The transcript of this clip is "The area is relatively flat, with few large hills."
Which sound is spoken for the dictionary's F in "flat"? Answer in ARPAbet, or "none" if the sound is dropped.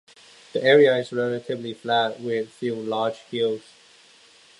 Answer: F